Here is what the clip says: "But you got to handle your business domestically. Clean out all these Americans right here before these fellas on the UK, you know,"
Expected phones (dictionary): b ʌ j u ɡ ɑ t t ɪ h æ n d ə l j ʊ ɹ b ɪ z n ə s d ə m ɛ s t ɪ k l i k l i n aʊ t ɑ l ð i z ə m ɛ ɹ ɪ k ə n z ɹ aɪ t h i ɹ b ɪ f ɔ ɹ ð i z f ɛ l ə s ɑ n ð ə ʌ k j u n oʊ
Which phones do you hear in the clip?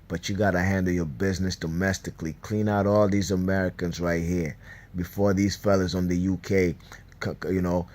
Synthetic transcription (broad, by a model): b ʌ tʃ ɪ ɡ ɑ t t ɪ h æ n d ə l j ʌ ɹ b ɪ z n ə s d ə m ɛ s t ɪ k l i k l i n aʊ t ɑ l ð i z ə m ɛ ɹ ɪ k ə n z ɹ aɪ t h i ɹ b ɪ f ɔ ɹ ð i z f ɛ l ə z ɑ n ð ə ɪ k j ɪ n oʊ